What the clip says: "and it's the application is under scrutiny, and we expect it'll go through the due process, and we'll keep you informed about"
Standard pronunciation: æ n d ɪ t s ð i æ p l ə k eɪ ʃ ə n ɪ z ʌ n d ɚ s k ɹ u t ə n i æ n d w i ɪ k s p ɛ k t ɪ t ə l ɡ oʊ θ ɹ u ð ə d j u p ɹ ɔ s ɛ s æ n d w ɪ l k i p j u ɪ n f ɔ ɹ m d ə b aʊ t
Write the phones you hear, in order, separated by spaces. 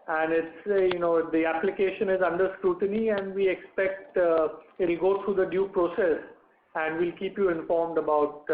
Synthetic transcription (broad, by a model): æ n d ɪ t s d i æ p l ə k eɪ ʃ ə n ɪ z ʌ n d ɚ s k ɹ u t ə n i æ n d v i ɪ k s p ɛ k t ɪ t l ɡ oʊ t ɹ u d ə d j u p ɹ ɔ s ɛ s æ n d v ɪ l k i p j u ɪ n f ɔ ɹ m d ə b aʊ t